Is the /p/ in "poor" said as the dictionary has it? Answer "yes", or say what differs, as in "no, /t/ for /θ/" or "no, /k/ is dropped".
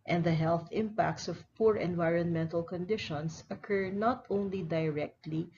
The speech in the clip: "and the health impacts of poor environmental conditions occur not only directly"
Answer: yes